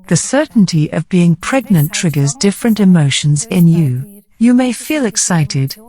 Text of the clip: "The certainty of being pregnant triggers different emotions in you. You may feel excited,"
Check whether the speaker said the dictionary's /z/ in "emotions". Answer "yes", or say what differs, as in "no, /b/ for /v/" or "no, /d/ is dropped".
yes